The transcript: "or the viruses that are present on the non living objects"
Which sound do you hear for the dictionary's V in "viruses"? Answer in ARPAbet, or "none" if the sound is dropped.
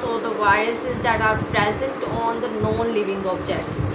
V